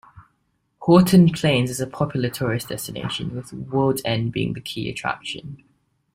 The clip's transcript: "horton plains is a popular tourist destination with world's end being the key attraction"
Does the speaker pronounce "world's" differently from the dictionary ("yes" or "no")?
yes